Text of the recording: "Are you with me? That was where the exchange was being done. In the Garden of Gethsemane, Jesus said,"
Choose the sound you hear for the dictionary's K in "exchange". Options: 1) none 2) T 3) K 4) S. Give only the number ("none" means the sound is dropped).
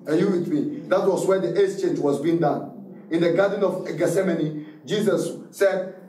1